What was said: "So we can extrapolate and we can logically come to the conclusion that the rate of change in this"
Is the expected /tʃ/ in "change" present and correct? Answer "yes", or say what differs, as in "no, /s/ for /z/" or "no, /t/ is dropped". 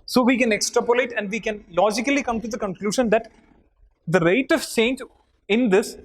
no, /s/ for /tʃ/